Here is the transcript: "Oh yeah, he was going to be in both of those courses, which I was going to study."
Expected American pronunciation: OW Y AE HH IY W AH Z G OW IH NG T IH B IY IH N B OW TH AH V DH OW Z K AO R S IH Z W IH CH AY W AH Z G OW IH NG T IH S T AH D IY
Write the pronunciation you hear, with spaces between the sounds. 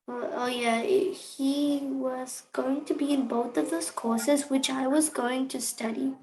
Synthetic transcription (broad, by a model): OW Y AE HH IY W AH Z G OW IH NG T IH B IY IH N B OW TH AH V DH OW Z K AO R S IH Z W IH CH AY W AH Z G OW IH NG T IH S T AH D IY